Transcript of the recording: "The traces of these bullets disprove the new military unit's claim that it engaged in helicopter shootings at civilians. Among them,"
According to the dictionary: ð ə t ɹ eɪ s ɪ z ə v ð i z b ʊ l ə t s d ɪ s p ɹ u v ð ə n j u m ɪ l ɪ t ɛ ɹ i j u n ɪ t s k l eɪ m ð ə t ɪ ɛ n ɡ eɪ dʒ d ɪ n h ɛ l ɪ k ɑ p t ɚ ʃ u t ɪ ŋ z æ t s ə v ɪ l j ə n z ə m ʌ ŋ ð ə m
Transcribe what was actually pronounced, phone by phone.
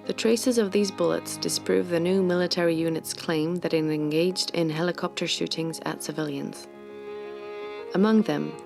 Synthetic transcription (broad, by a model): ð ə t ɹ eɪ s ɪ z ə v ð i z b ʊ l ə t s d ɪ s p ɹ u v ð ə n j u m ɪ l ɪ t ɛ ɹ i j u n ɪ t s k l eɪ m ð ə t ɪ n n ɡ eɪ dʒ d ɪ n h ɛ l ɪ k ɑ p t ɚ ʃ u t ɪ ŋ z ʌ t s ə v ɪ l j ə n z ə m ʌ ŋ ð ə m